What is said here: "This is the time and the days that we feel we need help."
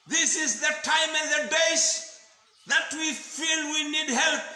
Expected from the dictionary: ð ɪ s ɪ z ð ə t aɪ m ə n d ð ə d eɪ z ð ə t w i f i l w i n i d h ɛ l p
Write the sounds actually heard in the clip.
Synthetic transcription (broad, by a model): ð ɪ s ɪ z ð ə t aɪ m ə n ð ə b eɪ s ð ə t w i f i l w i n i d h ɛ l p